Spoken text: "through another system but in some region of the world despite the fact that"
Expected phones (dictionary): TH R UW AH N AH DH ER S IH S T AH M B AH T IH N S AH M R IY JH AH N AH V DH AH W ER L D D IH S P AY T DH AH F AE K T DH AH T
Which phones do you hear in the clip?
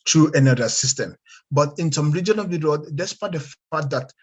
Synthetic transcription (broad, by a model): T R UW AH N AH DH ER S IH S T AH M B AH T IH N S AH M R IY JH AH N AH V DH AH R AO D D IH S P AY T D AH F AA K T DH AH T